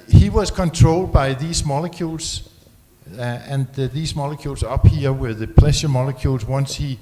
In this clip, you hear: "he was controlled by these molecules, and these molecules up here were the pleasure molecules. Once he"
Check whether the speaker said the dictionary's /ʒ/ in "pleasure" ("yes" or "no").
no